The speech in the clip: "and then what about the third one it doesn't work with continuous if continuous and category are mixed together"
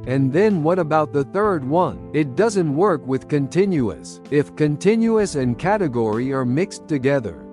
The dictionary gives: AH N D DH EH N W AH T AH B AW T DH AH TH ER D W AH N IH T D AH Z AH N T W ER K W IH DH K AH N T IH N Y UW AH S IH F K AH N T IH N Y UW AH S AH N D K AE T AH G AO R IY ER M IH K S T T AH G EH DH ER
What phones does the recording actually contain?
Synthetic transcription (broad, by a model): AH N DH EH N W AH T AH B AW T DH AH TH ER D W AH N IH T D AH Z AH N T W ER K W IH DH K AH N T IH N Y UW AH S IH F K AH N T IH N Y UW AH S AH N K AE T AH G AO R IY ER M IH K S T T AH G EH DH ER